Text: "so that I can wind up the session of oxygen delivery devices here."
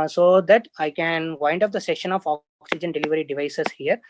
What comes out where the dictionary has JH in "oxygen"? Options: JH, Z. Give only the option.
JH